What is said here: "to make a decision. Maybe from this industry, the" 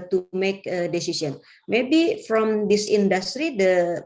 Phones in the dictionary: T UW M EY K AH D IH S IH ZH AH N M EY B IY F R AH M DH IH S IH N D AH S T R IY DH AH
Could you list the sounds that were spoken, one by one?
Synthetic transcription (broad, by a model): T UW M EY K AH D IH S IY S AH N M EY B IY F R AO M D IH S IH N D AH S T R IY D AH